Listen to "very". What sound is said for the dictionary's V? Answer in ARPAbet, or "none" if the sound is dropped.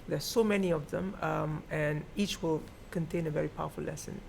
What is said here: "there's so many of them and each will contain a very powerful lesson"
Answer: V